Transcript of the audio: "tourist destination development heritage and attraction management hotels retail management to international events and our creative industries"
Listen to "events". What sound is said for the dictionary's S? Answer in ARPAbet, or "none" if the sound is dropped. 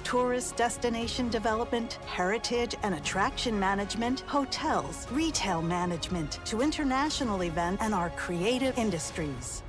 none